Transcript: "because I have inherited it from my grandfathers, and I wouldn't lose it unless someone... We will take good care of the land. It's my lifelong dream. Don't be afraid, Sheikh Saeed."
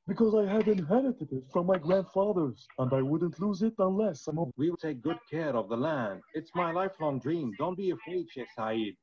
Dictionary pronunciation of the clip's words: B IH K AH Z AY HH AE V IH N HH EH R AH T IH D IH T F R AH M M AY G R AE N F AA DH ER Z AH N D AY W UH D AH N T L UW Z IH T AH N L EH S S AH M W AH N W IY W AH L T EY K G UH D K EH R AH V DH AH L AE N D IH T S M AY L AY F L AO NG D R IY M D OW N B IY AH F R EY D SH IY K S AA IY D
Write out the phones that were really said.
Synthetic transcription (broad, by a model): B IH K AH Z AY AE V IH N HH EH R AH T IH D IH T F R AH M M AY G R AE N F AA DH ER Z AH N AY W UH D N T L UW Z IH T AH N L EH S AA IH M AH W IY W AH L T EY K G UH D K EH R AH V DH AH L AE N D IH T S M AY L AY F L AO NG D R IY M D OW N B IY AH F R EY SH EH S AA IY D